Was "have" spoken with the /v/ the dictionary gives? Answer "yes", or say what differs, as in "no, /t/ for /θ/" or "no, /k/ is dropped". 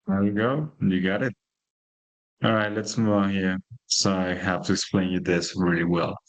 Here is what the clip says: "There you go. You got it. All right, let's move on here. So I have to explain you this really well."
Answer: no, /f/ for /v/